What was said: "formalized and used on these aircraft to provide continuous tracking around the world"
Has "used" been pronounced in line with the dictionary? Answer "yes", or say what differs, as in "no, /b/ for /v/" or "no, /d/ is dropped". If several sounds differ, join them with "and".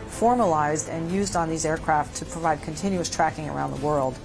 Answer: yes